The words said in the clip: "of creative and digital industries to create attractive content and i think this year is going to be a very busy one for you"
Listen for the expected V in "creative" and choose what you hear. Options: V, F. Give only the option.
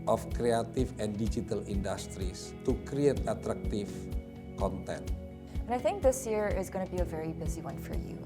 F